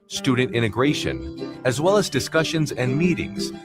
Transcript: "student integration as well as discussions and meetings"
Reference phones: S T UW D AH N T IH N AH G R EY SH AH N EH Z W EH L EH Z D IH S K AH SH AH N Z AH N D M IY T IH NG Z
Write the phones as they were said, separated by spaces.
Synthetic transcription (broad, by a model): S T UW D N T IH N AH G R EY SH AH N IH Z W EH L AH Z D IH S K AH SH AH N Z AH N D M IY T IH NG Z